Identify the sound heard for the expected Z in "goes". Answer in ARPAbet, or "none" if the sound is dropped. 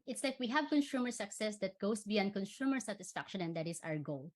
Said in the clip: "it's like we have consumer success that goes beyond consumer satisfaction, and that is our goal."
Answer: S